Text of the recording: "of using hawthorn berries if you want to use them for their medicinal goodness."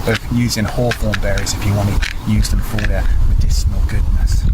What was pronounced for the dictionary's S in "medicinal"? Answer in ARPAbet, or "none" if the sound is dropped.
SH